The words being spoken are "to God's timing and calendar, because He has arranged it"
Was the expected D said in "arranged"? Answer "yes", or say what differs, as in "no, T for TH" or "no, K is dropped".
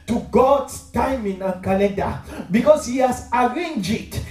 no, D is dropped